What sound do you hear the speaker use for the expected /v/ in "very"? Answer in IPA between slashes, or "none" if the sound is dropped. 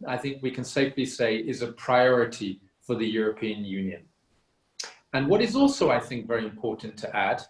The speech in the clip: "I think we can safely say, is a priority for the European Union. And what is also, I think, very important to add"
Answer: /v/